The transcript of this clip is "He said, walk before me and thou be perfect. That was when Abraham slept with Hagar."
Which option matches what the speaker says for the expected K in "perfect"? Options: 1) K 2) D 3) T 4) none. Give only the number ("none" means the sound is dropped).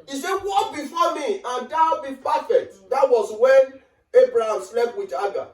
4